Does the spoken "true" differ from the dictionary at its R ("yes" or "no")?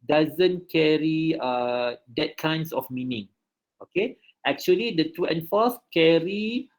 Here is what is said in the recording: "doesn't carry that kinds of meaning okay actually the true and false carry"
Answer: yes